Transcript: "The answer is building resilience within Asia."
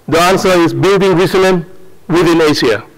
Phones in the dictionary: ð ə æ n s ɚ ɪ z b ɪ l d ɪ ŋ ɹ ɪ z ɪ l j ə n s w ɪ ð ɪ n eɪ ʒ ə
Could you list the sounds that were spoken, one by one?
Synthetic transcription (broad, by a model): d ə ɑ n s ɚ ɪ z b ɪ l d ɪ ŋ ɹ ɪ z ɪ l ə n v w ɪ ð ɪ n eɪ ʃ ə